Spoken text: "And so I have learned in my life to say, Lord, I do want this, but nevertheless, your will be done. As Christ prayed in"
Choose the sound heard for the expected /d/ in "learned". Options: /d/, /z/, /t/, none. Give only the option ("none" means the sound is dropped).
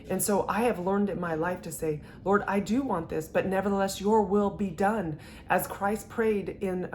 /d/